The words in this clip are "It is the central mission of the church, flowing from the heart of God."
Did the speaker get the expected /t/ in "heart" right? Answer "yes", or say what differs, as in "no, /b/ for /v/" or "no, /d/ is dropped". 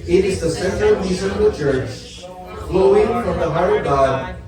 no, /t/ is dropped